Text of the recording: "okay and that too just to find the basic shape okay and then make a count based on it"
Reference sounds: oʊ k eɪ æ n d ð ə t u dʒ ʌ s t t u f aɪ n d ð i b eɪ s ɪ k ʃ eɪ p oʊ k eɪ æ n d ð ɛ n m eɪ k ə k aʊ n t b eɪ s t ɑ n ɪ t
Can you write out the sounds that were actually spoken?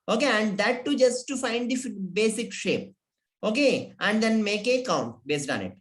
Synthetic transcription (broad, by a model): oʊ k eɪ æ n d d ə t u dʒ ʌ s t t u f aɪ n d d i b eɪ s ɪ k ʃ eɪ p oʊ k eɪ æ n d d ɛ n m eɪ k ə k aʊ n t b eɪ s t ɑ n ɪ t